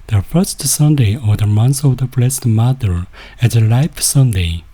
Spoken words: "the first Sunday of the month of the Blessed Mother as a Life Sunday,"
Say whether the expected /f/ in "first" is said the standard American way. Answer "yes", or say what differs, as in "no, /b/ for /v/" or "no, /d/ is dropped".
yes